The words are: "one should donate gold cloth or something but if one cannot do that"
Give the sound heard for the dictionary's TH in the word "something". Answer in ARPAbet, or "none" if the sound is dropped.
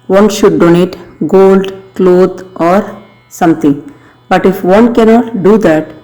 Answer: T